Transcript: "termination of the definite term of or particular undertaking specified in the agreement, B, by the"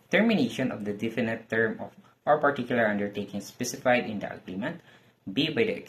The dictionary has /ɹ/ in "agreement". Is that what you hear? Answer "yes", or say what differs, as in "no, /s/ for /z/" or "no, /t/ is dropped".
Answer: no, /l/ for /ɹ/